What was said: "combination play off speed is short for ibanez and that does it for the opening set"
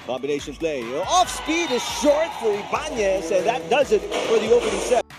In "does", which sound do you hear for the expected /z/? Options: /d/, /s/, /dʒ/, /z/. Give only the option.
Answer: /z/